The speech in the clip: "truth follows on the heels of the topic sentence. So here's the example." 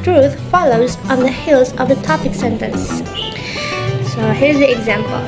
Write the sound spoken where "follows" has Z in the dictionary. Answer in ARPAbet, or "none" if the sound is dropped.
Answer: Z